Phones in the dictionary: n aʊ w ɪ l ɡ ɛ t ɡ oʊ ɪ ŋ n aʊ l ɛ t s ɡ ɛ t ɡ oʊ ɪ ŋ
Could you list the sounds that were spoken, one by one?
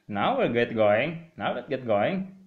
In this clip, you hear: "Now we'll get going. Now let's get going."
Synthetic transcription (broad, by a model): n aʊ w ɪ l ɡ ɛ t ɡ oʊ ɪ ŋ n aʊ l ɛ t ɡ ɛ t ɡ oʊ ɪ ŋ